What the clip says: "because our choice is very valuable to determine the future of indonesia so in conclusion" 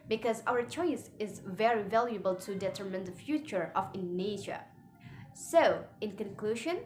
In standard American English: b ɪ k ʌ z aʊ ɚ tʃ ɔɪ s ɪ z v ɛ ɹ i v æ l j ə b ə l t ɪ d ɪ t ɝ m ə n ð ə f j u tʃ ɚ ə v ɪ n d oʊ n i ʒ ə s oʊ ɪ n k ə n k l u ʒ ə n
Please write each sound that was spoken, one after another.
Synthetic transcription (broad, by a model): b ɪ k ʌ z aʊ ɚ tʃ ɔɪ s ɪ z v ɛ ɹ i v æ l j ə b ə l t ɪ d ɪ t ɝ m ə n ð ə f j u tʃ ɚ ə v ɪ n n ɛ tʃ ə s oʊ ɪ n k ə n k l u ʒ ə n